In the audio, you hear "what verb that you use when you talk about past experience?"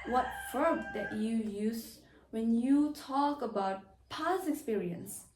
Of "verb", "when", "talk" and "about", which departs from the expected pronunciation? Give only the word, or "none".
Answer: verb